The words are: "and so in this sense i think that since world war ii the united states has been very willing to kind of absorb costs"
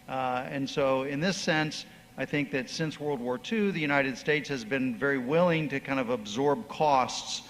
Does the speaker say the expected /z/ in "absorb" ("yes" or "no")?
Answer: yes